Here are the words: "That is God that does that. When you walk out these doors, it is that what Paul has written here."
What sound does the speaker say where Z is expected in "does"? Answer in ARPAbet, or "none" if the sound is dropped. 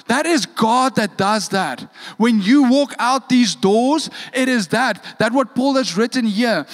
Z